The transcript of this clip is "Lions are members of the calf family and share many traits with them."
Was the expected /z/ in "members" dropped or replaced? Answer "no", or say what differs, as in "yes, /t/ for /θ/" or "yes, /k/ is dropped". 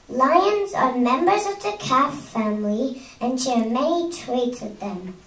no